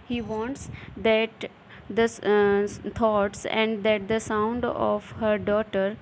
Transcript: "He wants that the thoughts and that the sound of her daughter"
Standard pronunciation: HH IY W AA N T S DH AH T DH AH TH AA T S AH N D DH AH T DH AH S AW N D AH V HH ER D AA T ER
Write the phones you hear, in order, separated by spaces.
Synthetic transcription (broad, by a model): HH IY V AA N T S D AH T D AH T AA T S AH N D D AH T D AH S AW N D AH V HH ER D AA T ER